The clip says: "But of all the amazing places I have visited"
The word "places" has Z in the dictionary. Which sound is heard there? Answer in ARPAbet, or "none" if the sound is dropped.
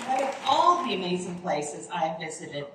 Z